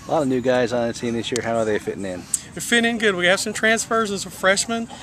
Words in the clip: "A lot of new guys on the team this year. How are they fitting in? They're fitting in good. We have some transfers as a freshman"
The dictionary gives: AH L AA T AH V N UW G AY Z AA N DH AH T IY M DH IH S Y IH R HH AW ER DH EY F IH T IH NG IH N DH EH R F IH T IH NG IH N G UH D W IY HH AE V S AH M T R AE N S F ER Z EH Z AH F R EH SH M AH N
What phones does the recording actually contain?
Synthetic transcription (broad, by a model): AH L AA T AH V N UW G AY Z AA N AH S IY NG DH IH S Y IH R HH AW ER DH EY F IH T IH NG IH N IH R F IH T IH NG IH N G UH D W IY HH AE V S AH M T R AE N S F ER Z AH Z AH F R EH SH M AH N